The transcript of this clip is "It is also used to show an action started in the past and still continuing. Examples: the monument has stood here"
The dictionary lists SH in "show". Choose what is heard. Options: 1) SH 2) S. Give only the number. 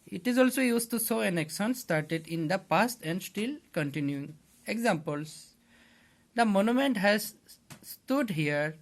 2